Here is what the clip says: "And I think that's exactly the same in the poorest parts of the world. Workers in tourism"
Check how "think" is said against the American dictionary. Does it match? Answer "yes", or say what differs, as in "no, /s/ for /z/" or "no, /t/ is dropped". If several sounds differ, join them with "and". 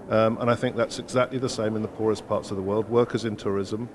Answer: yes